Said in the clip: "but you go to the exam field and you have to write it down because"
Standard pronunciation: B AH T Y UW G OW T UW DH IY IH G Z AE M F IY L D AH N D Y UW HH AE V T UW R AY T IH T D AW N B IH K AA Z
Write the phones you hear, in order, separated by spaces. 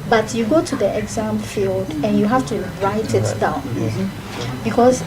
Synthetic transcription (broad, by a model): B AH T Y UW G OW T UW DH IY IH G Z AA M F IY L D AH N Y UW HH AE F T UW R AY T IH T D AW N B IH K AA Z